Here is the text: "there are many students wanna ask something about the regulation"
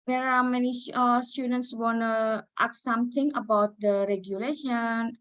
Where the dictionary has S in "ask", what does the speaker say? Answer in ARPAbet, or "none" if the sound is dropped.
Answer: none